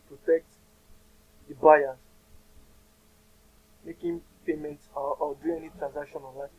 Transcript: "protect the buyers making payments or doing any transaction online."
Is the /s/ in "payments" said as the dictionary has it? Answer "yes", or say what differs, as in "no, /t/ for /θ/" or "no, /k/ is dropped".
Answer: no, /s/ is dropped